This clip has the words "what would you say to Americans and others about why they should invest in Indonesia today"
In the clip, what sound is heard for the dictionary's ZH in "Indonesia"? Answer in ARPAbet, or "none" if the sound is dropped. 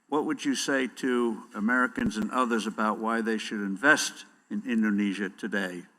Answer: ZH